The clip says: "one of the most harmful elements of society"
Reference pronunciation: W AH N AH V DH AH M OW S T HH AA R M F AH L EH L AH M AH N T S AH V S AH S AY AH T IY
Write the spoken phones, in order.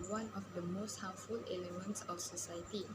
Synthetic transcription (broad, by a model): W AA N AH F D AH M OW S T HH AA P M F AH L EH L AH M AH N T S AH F S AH S AY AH T IY